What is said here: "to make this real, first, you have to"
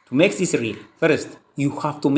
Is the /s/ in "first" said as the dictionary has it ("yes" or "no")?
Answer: yes